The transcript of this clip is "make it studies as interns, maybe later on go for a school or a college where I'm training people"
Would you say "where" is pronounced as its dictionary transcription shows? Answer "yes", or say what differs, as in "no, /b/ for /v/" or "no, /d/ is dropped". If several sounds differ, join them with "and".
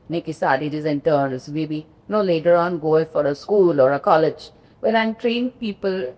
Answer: no, /l/ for /ɹ/